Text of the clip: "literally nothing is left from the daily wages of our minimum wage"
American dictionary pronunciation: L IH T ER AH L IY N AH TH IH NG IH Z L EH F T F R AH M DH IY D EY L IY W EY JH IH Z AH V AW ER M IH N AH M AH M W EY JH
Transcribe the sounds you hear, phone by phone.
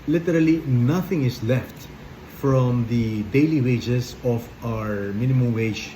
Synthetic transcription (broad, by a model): L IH T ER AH L IY N AH TH IH NG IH S L EH F T F R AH M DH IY D EY L IY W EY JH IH S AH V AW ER M IH N AH M AH M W EY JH